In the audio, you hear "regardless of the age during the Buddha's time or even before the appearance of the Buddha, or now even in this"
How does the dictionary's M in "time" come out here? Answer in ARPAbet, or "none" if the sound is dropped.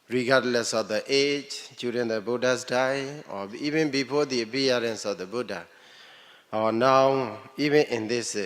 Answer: none